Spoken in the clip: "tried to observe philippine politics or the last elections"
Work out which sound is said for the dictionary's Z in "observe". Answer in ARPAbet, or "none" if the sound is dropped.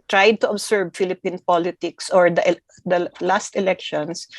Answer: S